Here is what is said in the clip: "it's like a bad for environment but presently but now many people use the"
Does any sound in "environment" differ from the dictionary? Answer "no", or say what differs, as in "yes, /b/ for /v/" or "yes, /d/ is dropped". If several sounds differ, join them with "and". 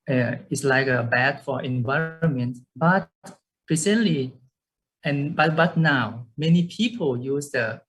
no